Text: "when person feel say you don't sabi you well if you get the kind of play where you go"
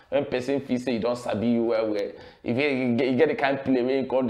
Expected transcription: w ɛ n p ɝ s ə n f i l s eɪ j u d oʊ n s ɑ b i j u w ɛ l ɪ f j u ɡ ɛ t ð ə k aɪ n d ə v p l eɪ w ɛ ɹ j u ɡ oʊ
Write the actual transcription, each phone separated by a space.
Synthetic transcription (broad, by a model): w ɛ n p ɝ s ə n f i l s eɪ j u d oʊ n s ɑ b i j u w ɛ w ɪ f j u ɡ ɛ t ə k aɪ n d p l eɪ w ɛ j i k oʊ